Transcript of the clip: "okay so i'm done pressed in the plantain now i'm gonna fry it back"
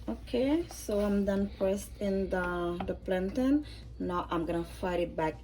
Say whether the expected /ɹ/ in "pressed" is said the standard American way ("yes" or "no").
no